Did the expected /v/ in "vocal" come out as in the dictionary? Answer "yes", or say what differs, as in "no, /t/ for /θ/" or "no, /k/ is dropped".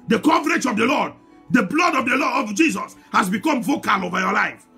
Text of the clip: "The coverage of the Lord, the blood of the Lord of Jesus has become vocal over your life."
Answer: yes